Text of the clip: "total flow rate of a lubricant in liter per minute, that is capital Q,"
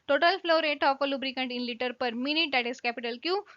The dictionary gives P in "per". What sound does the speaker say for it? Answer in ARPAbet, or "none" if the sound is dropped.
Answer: P